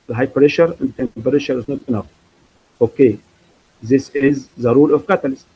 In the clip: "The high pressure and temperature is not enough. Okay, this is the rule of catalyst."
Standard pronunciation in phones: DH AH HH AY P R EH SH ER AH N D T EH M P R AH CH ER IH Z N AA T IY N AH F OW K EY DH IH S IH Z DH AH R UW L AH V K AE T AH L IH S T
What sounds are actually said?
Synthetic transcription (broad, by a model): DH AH HH AY P R EH SH ER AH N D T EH M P R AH SH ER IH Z N AA T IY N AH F OW K EY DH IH S IH Z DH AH R UW L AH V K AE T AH L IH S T